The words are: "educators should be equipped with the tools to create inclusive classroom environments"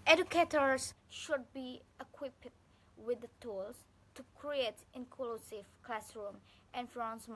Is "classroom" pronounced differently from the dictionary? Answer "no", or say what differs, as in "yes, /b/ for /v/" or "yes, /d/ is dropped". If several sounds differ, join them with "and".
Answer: no